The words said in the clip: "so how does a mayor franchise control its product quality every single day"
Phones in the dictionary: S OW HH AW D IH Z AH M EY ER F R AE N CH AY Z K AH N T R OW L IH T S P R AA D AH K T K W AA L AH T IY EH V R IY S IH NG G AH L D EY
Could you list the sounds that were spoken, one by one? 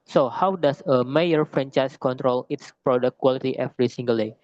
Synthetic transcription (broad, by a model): S OW HH AW D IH S AH M EY ER F R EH N CH AY S K AH N T R OW L IH T S P R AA D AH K K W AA L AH T IY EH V R IY S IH NG G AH L D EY